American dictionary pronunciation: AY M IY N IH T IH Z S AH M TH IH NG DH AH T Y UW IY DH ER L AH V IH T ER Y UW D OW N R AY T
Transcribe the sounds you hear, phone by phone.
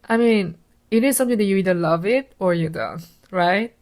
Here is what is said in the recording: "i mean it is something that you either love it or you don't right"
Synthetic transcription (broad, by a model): AY M IY N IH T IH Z S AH M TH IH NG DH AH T Y UW IY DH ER L AH V IH T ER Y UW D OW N R AY T